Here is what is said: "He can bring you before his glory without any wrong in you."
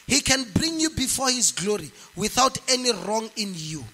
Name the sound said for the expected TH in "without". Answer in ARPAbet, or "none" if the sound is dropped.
TH